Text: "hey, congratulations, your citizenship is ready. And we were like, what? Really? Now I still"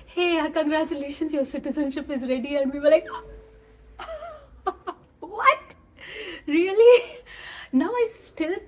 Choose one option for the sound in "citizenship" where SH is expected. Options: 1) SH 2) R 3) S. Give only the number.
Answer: 1